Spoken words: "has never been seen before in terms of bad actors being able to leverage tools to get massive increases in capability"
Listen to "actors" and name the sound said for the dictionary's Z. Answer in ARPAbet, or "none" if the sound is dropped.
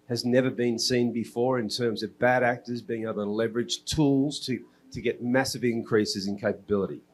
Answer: Z